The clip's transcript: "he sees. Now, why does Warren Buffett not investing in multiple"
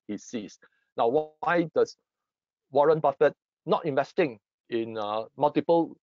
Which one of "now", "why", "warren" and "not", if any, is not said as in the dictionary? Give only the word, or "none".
none